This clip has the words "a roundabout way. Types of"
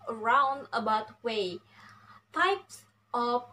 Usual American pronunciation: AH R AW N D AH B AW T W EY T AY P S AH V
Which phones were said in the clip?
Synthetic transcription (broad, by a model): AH R AW N D AH B AW T W EY T AY P S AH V